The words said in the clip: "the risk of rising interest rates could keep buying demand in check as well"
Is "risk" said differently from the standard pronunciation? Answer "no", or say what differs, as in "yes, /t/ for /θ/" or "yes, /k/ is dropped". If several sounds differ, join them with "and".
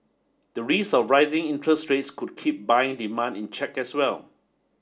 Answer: yes, /k/ is dropped